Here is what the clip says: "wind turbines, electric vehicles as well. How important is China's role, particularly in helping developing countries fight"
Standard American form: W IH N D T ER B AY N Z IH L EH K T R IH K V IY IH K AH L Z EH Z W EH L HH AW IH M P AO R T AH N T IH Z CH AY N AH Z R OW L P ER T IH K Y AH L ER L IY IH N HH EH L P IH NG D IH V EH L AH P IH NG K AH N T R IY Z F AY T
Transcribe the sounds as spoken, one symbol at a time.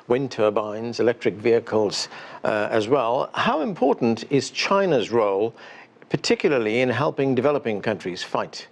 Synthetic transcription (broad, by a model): W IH N T ER B AY N Z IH L EH K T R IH K V IY IH K AH L Z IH Z W EH L HH AW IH M P AO R T N T IH Z CH AY N AH Z R OW L P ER T IH K Y L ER L IY IH N HH EH L P IH NG D IH V EH L AH P IH NG K AH N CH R IY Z F AY T